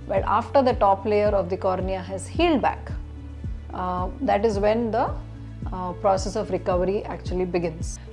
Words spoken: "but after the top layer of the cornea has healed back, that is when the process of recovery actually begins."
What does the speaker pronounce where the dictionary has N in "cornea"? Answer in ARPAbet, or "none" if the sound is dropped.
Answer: N